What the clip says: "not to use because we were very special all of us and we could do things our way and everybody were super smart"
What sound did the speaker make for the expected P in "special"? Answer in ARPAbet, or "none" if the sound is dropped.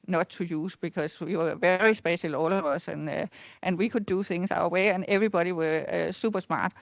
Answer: B